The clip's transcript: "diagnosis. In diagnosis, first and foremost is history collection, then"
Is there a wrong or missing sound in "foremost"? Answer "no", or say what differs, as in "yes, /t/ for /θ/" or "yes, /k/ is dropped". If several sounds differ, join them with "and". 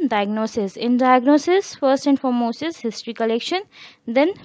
yes, /t/ is dropped